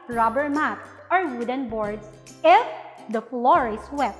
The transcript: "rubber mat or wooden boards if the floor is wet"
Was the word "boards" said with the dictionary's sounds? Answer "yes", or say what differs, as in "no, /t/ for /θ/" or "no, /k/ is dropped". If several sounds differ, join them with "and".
no, /s/ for /z/